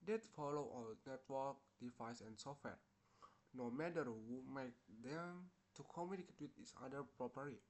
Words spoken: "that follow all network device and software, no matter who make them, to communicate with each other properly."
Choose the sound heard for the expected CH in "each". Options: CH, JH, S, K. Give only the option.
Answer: S